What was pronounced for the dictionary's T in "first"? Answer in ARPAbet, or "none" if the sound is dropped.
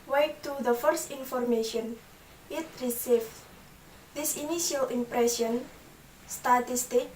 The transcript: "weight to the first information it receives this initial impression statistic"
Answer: T